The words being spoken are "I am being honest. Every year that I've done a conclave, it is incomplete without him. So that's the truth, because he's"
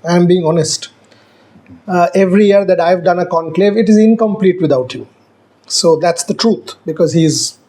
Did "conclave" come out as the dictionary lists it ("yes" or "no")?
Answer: yes